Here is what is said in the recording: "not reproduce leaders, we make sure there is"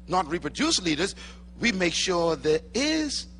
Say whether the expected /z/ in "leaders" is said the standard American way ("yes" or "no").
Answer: yes